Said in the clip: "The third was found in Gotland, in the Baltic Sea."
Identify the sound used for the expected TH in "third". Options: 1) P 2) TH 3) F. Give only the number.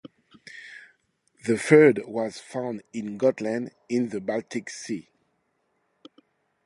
3